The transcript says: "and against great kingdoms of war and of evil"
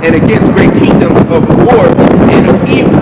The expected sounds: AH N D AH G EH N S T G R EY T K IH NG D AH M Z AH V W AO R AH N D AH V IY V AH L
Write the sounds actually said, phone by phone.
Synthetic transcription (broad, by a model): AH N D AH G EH N S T G R EY T K IH NG D AH M Z AH V W AO R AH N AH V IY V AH